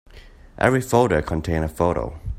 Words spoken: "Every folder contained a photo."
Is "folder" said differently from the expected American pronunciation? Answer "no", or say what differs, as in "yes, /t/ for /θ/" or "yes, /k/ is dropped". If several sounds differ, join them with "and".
yes, /l/ is dropped